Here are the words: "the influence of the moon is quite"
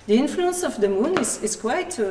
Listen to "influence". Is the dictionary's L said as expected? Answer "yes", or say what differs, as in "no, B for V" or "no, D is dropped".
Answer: yes